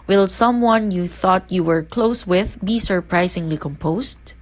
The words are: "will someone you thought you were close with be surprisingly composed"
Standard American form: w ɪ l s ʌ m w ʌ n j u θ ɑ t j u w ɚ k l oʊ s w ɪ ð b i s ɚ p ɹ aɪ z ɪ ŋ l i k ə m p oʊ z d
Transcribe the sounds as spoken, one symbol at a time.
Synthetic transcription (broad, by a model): w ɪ l s ʌ m w ʌ n j u θ ɑ t j u w ɚ k l oʊ s w ɪ ð b i s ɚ p ɹ aɪ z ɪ ŋ l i k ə m p oʊ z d